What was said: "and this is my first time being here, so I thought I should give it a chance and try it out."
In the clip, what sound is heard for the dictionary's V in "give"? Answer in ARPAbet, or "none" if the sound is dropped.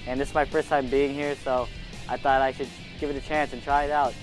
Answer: V